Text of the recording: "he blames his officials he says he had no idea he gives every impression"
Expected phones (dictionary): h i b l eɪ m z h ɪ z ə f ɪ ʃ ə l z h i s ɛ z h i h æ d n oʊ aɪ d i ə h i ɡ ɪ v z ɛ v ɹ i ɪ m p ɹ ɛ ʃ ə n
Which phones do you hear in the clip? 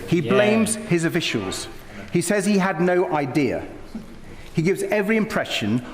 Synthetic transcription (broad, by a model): h i b l eɪ m z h ɪ z ə f ɪ ʃ ə l z h i s ɛ z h i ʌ d n oʊ aɪ d i ə h i ɡ ɪ v z ɛ v ɹ i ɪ m p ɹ ɛ ʃ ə n